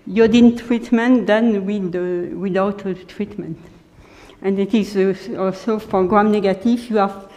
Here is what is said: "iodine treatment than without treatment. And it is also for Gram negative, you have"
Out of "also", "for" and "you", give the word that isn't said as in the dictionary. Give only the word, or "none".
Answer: for